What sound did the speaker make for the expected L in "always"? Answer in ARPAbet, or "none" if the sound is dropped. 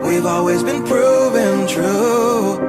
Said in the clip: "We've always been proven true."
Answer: L